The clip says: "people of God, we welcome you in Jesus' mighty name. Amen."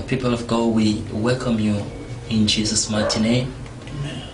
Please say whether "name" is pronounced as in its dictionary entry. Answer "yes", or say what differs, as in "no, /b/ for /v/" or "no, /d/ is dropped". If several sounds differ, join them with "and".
no, /m/ is dropped